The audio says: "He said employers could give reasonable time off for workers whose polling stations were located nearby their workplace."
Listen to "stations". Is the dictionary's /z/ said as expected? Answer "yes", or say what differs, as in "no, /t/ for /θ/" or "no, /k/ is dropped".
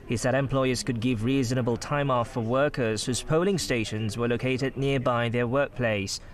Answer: yes